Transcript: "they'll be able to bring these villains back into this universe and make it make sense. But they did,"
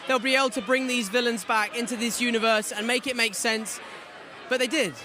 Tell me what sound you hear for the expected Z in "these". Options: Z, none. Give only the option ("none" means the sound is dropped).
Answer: Z